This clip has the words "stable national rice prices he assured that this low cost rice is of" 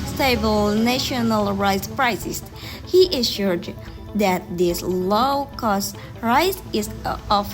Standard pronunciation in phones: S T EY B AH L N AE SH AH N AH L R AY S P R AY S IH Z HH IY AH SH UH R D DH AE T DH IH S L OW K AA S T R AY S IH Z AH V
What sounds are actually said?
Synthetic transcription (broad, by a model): S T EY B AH L N AE SH AH N AH L R AY S P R AY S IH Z HH IY AH SH UH R D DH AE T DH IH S L OW K AA S T R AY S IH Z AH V